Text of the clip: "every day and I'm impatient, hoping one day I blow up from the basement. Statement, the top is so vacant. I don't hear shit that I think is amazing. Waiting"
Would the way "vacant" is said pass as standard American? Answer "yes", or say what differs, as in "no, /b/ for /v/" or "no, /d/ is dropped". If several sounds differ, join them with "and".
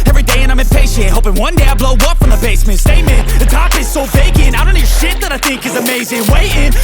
no, /b/ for /v/ and /t/ is dropped